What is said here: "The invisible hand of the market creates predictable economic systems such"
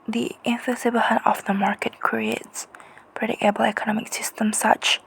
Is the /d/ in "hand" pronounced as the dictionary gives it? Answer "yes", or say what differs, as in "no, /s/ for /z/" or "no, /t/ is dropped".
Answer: no, /d/ is dropped